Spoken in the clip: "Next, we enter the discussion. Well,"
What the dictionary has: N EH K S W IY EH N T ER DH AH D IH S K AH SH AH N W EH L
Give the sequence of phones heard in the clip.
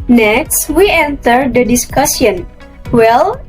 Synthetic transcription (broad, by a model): N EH K S W IY EH N T ER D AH D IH S K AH S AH N W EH L